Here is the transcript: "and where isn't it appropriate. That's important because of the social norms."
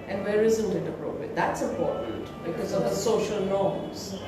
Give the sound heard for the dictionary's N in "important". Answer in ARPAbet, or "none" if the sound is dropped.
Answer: none